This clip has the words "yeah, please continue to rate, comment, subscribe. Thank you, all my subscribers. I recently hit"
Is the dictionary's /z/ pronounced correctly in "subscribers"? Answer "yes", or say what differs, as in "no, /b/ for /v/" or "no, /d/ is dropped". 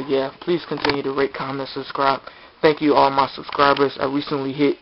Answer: yes